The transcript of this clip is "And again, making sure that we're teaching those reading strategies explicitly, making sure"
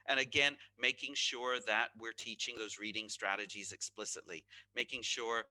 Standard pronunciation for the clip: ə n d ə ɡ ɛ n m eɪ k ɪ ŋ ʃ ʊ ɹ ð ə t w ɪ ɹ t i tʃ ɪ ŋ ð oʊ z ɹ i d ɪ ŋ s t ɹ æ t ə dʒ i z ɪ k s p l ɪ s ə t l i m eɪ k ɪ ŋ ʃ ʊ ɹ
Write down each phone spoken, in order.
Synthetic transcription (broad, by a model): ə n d ə ɡ ɛ n m eɪ k ɪ ŋ ʃ ʊ ɹ ð ə t w ɪ ɹ t i tʃ ɪ ŋ ð oʊ z ɹ i d ɪ ŋ s t ɹ æ t ə dʒ i z ɪ k s p l ɪ s ə t l i m eɪ k ɪ ŋ ʃ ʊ ɹ